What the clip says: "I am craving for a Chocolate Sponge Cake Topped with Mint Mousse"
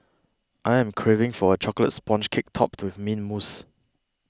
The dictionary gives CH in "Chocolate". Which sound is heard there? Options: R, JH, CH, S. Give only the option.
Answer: CH